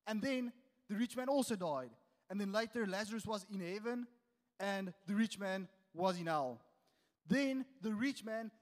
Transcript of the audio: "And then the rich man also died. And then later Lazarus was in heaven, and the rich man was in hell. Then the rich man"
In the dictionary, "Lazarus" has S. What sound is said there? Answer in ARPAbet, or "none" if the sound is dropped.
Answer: S